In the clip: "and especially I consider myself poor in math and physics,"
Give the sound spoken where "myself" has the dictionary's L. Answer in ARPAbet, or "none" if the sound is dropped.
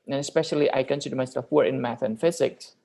none